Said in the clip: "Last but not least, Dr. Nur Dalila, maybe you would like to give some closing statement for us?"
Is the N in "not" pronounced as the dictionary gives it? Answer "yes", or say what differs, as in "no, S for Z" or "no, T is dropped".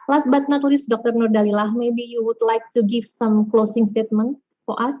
yes